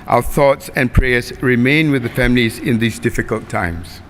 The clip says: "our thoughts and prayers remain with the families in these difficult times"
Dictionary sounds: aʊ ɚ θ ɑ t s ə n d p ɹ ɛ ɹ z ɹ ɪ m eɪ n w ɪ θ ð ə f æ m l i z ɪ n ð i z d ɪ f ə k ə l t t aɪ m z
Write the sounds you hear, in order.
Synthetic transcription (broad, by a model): aʊ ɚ θ ɑ t s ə n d p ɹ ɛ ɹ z ɹ ɪ m eɪ n w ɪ ð ə f æ m l i z ɪ n ð i z d ɪ f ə k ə l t t aɪ m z